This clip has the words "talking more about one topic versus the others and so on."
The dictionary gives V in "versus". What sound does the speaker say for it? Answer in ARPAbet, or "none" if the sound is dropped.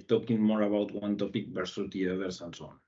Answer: P